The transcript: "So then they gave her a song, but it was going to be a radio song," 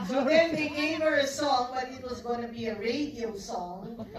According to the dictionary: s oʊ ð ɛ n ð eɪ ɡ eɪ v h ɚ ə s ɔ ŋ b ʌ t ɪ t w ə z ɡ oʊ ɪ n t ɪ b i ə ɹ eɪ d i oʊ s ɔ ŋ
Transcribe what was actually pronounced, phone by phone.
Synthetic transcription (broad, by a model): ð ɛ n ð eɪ ɡ eɪ v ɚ ə s ɔ ŋ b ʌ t ɪ t w ə z ɡ oʊ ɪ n t ɪ b i ə ɹ eɪ d i oʊ s ɔ ŋ